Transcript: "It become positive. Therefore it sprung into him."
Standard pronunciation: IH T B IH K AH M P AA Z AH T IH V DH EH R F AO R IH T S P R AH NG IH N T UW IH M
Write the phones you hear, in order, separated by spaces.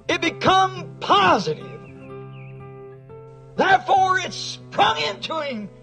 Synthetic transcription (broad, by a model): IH T B IH K AH M P AA Z AH T IH V DH EH R F AO R IH T S P R AH NG IH N T UW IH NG